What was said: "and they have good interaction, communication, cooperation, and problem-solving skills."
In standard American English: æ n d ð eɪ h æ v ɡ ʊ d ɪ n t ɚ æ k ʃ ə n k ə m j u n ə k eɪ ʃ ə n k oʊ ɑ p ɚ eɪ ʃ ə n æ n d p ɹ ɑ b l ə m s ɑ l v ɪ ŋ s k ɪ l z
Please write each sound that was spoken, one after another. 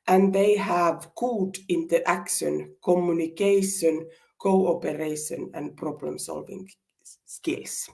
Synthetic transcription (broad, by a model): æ n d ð eɪ h æ v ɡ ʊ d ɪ n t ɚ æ k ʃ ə n k ə m j u n ə k eɪ ʃ ə n k oʊ ɑ p ɚ eɪ ʃ ə n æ n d p ɹ ɑ b l ə m s ɑ l v ɪ ŋ s k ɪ l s